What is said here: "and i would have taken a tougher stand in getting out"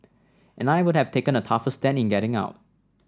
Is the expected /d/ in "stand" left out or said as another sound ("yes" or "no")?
yes